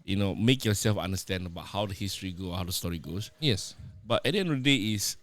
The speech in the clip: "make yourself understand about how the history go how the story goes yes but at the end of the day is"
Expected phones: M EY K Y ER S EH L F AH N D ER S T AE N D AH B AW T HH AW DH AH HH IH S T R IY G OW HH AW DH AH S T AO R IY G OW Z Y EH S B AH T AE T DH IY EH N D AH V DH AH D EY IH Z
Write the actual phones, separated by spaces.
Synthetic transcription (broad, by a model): M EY K Y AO S EH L F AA N D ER S T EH N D AH B AW T HH AW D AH HH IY S T R IY G OW HH AW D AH S T AO R IY G OW S Y EH S B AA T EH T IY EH N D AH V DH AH D EY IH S